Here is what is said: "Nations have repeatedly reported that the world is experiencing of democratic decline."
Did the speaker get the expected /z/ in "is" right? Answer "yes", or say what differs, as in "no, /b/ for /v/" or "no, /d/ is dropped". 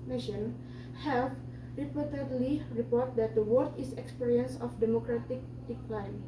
no, /s/ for /z/